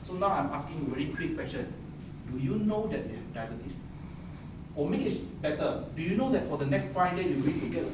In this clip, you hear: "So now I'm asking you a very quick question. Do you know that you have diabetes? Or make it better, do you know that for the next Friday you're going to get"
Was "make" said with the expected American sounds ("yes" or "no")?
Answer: no